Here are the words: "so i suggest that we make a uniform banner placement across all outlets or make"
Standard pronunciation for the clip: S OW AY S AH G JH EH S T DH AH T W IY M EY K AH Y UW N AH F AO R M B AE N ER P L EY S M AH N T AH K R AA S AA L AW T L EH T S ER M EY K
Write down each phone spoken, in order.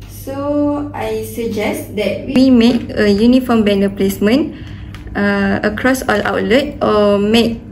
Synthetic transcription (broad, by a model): S OW AY S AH JH EH S T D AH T W IY M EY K AH Y UW N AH F AO M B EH N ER P L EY S M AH N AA AH K R AA S AA L AW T L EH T AO M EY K